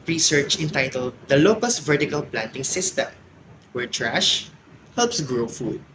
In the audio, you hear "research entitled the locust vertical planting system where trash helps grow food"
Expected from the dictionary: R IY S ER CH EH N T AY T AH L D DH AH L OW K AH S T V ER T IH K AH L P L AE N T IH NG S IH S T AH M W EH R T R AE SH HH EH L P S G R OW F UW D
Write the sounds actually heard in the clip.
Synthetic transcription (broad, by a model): R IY S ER CH EH N T AY T AH L D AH L OW K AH S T V ER T IH K AH L P L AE N T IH NG S IH S T AH M W EH R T R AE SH HH EH L P S G R OW F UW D